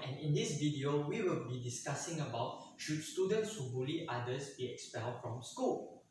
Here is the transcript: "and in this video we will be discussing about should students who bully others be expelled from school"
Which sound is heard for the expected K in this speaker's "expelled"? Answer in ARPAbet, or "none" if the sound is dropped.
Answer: K